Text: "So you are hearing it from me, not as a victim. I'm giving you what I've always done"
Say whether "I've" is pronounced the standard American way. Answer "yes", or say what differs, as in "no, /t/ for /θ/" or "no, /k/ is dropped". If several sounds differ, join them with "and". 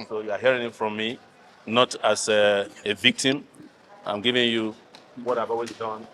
no, /b/ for /v/